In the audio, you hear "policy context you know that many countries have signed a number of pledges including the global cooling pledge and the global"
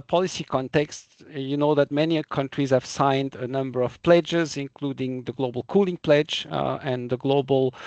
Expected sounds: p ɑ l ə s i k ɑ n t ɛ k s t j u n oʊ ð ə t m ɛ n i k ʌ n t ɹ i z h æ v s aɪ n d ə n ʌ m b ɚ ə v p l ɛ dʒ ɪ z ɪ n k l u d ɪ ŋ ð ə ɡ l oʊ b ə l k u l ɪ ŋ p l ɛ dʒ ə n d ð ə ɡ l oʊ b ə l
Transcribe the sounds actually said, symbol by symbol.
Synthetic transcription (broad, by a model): p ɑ l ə s i k ɑ n t ɛ k s t j u n oʊ ð ə t m ɛ n i k ʌ n t ɹ i z h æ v s aɪ n d ə n ʌ m b ɚ ə v p l ɛ dʒ ɪ z ɪ n k l u d ɪ ŋ ð ə ɡ l oʊ b ə l k u l ɪ ŋ p l ɛ dʒ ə n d ð ə ɡ l oʊ b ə l